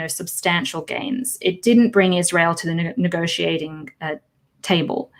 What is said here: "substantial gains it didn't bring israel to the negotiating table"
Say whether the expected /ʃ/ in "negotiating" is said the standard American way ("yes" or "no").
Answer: yes